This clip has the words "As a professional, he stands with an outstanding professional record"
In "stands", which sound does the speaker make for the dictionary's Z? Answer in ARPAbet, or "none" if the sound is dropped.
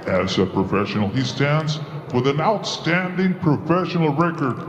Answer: Z